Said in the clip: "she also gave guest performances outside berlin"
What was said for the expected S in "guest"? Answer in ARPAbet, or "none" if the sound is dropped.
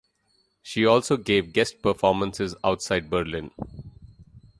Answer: S